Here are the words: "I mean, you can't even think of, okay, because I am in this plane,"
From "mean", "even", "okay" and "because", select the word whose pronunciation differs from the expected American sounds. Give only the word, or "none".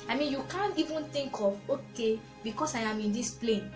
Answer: because